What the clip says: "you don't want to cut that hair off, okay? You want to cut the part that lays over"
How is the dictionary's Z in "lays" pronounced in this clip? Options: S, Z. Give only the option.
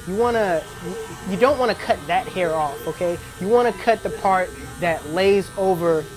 Z